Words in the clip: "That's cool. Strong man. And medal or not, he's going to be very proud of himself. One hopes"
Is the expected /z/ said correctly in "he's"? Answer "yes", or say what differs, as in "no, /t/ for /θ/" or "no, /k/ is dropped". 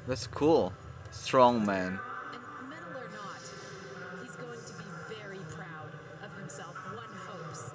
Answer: yes